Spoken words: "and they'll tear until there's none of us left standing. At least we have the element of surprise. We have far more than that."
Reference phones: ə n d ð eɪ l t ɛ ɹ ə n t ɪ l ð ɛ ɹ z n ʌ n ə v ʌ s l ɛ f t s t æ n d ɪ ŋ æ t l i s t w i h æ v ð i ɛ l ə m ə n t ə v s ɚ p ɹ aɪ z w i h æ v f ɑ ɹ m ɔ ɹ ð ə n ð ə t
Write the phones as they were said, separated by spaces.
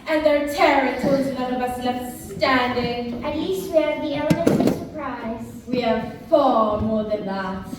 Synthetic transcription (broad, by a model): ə n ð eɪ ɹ t ɛ ɹ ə t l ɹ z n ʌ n ə v ʌ s n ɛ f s s t æ n d ɪ ŋ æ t l i s t w i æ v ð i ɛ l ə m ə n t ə s ɚ p ɹ aɪ z w i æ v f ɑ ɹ m ɔ ɹ ð ə n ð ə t